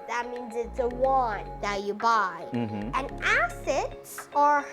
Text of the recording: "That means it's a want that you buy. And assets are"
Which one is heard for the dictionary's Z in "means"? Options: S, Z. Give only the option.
Z